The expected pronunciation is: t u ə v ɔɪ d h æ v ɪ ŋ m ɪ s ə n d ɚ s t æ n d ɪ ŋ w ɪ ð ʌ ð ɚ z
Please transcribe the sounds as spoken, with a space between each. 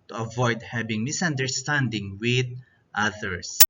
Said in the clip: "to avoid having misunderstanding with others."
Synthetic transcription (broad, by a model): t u ə v ɔɪ d h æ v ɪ ŋ m ɪ s ə n d ɚ s t æ n d ɪ ŋ w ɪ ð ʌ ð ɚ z